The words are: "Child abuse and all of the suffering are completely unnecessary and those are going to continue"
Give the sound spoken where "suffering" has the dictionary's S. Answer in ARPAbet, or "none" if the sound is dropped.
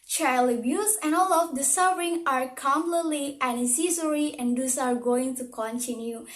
S